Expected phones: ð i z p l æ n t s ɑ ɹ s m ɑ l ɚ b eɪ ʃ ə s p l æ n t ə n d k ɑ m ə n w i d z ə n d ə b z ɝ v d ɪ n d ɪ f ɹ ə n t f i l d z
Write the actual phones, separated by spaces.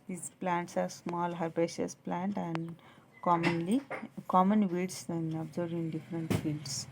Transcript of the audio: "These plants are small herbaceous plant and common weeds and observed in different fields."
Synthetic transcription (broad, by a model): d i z p l æ n t s ɑ ɹ s m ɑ l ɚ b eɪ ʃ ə s p l æ n t ə n d k ɑ m ə n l i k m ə n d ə b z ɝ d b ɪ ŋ d ɪ f ɹ ə n t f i l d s